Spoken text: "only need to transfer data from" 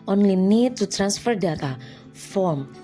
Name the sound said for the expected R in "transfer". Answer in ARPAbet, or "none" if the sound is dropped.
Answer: R